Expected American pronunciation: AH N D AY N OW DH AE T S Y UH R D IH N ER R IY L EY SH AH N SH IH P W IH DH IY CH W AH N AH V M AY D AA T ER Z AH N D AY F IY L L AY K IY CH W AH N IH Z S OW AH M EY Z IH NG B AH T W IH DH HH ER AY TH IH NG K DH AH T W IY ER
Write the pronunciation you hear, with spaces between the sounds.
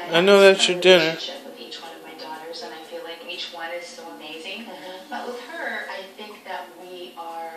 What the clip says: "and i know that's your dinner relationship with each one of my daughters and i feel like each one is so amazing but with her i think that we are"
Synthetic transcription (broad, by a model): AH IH N OW DH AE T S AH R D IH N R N IH W IH DH IY CH W AH N AH V M AY D AA T ER Z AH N AY F IY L L AY K IY CH W AH N IH Z S OW AH M EY Z IH NG B AH T W IH DH HH ER AY TH IH NG K DH AH T W IY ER